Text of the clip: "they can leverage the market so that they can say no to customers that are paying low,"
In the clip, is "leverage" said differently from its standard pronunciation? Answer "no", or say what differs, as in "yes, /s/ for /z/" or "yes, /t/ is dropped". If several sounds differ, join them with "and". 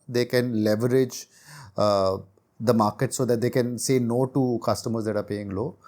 no